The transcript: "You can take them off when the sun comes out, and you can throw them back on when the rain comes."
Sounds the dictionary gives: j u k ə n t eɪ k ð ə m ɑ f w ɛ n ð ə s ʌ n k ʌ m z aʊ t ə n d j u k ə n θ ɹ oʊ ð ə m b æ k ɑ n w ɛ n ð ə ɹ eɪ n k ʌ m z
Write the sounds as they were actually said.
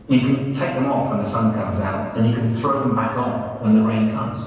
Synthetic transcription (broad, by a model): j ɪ k ə n t eɪ k ð ə m ɑ f w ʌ n ð ə s ʌ n k ʌ m z aʊ t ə n j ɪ k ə n θ ɹ oʊ ð ə m b æ k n w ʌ n ð ə ɹ eɪ n k ʌ m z